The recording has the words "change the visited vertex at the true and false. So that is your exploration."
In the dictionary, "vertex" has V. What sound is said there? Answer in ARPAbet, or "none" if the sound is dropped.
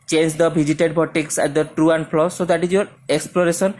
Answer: B